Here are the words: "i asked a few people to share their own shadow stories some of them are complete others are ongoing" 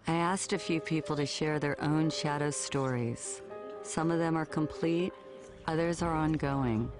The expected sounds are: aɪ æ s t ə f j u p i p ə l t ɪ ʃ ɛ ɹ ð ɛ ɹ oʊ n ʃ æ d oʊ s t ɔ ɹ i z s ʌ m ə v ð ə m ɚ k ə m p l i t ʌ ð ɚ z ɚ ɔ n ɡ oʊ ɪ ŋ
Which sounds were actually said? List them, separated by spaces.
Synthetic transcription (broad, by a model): aɪ æ s t ə f j u p i p l t ɪ ʃ ɛ ɹ ð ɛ ɹ oʊ n ʃ æ d oʊ s t ɔ ɹ i z s ʌ m ə v ð ə m ɚ k ə m p l i t ʌ ð ɚ z ɚ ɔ n ɡ oʊ ɪ ŋ